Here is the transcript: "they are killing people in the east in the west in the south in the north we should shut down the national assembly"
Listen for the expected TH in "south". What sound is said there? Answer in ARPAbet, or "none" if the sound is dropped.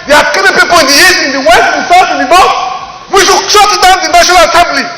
T